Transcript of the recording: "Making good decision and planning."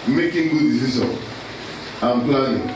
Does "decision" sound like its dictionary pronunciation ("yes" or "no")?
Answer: no